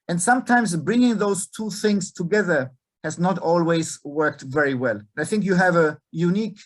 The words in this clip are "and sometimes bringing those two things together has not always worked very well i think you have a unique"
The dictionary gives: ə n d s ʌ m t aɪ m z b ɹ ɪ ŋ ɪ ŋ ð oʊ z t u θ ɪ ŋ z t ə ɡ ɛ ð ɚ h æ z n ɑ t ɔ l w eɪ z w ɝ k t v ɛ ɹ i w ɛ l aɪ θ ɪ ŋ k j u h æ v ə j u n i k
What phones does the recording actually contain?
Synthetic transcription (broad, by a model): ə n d s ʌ m t aɪ m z b ɹ ɪ ŋ ɪ ŋ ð oʊ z t u θ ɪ ŋ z t ə ɡ ɛ ð ɚ h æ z n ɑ t ɔ l w eɪ z w ɝ k t v ɛ ɹ i w ɛ l aɪ θ ɪ ŋ k j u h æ v ə j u n i k